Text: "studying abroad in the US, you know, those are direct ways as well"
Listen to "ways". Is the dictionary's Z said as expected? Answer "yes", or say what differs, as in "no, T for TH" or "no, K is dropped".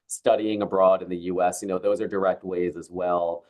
yes